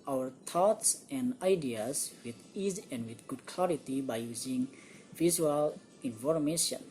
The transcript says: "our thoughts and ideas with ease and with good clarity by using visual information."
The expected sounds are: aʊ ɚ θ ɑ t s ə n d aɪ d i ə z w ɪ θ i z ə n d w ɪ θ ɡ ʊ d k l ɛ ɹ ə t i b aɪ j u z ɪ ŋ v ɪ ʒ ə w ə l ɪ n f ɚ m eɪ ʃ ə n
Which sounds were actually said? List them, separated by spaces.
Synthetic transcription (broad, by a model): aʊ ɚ t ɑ t s ə n d aɪ d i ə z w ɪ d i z ə n d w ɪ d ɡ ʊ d k l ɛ ɹ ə t i b aɪ j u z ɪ ŋ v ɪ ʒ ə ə l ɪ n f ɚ m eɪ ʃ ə n